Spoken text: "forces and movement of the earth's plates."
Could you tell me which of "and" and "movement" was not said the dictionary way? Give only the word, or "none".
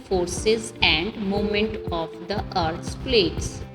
movement